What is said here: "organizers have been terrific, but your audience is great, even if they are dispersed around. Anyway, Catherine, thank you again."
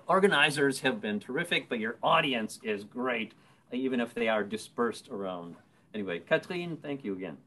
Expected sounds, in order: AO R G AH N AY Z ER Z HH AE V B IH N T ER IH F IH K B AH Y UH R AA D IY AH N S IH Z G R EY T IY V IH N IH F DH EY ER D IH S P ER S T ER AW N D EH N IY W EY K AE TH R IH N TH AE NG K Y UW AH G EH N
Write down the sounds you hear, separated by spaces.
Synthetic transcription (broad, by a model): AO R G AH N AY Z ER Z HH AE V B IH N T ER IH F IH K B AH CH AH R AA D IY AH N S IH Z G R EY T IY V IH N IH F DH EY ER D IH S P ER S T ER AW N D EH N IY W EY K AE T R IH N TH AE NG K Y UW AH G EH N